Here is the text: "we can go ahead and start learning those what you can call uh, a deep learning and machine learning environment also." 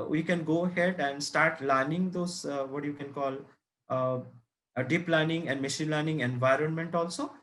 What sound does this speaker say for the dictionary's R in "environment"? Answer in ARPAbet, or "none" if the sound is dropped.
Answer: R